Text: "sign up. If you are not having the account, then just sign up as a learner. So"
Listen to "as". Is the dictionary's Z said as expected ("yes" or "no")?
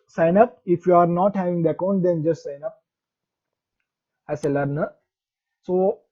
no